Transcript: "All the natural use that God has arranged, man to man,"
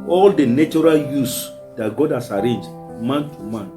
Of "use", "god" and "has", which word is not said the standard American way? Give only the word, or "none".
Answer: has